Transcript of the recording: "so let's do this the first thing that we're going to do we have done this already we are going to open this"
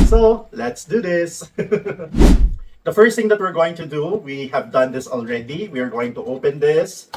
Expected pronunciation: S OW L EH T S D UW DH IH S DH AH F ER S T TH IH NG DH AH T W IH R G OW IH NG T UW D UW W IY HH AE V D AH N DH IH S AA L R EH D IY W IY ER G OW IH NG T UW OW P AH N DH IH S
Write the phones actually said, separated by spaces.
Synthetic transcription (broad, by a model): S OW L EH T S D UW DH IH S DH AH F ER S T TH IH NG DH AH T W IH R G OW IH NG T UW D UW W IY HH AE V D AH N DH IH S AA L R EH D IY W IY ER G OW IH NG T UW OW P AH N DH IH S